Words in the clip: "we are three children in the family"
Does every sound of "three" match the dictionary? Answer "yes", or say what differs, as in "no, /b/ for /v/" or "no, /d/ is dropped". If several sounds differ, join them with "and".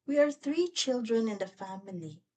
yes